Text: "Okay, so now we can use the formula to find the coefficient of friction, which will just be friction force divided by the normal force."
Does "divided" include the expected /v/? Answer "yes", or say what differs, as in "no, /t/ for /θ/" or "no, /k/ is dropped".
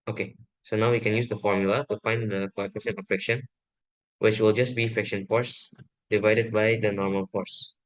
yes